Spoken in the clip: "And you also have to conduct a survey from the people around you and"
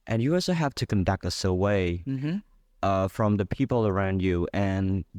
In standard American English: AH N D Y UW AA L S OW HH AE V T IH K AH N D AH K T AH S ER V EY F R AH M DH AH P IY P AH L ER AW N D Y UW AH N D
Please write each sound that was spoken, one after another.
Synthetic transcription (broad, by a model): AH N Y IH AA L S OW HH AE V T IH K AH N D AH K T AH S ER W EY F R AH M DH AH P IY P L ER AW N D Y UW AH N